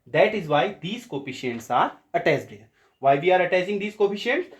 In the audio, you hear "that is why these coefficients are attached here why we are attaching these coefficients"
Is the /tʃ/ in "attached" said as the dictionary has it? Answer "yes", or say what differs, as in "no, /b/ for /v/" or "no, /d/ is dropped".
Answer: no, /s/ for /tʃ/